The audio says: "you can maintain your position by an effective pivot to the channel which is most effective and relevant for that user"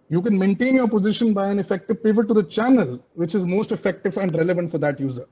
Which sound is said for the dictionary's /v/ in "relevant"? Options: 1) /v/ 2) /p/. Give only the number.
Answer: 1